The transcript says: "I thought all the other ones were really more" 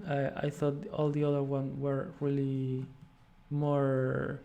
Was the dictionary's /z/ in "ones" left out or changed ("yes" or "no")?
yes